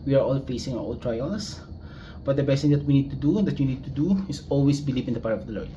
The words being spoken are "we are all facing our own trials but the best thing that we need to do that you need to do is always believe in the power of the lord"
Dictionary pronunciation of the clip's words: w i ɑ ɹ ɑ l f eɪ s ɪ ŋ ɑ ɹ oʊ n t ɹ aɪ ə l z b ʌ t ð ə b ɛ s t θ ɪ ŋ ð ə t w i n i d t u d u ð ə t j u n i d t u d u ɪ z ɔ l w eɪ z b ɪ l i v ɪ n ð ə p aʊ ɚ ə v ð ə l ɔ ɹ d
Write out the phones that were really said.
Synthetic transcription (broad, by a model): w i ɑ ɹ ɑ l f eɪ s ɪ ŋ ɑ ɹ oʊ l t ɹ aɪ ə l s b ʌ t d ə b ɛ s t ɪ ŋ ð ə t w i n i d t u d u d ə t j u n i d t u d u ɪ s ɔ l w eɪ s b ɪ l i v ɪ n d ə p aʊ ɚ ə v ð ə l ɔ ɹ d